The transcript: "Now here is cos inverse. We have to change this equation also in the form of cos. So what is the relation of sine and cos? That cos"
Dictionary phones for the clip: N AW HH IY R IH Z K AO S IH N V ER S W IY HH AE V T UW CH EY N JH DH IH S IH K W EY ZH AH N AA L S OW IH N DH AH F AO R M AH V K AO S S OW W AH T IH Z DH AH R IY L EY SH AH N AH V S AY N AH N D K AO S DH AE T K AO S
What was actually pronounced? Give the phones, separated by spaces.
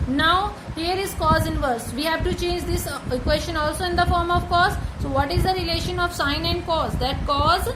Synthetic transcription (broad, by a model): N AW HH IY R IH Z K AO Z IH N V ER S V IY HH AE V T UW CH EY N JH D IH S K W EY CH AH N AA L S OW IH N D AH F AO R M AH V K AO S S OW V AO T IH Z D AH R IY L EY SH AH N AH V S AY N AH N D K AO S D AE T K AO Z